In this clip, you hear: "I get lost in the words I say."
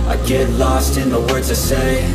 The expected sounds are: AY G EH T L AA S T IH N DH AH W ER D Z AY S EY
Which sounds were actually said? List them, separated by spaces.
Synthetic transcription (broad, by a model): AY G EH T L AA S T IH N DH AH W ER D Z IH S EY